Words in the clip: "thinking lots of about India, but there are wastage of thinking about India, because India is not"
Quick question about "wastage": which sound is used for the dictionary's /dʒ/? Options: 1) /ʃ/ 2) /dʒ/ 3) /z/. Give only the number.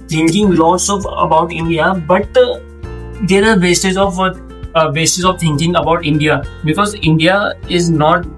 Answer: 3